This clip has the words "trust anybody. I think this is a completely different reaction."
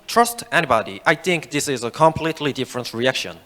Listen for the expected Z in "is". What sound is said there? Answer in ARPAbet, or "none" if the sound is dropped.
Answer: Z